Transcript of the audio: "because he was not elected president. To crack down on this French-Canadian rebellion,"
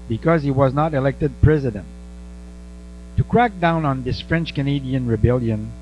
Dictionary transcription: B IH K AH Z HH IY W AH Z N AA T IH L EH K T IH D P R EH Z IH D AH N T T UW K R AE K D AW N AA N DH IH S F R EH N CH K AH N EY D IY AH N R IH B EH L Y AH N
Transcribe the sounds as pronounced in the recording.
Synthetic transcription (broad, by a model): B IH K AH Z HH IY W AH Z N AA T IH L EH K T IH D P R EH Z IH D AH N T T UW K R AE K D AW N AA N DH IH S F R EH N CH K AH N EY D IY AH N R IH B EH L Y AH N